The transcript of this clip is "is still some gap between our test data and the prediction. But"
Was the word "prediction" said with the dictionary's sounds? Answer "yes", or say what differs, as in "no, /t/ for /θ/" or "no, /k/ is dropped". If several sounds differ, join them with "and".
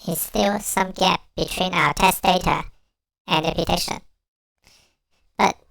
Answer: no, /ɹ/ is dropped and /k/ is dropped